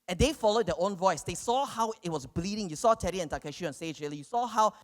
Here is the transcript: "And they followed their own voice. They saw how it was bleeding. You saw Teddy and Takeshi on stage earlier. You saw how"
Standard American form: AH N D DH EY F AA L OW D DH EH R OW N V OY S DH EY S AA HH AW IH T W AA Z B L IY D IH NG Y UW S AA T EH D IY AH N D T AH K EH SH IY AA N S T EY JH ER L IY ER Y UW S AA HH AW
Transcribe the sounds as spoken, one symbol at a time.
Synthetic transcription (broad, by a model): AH N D EY F AA L OW D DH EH OW N V OY S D EY S AA HH AW IH T W AA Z B L IY D IH NG Y UW S AA T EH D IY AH N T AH K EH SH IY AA N S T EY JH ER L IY Y UW S AA HH AW